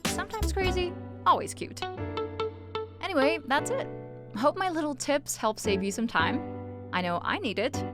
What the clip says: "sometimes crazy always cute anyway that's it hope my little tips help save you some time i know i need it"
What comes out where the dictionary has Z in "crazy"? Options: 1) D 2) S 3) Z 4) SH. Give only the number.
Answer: 3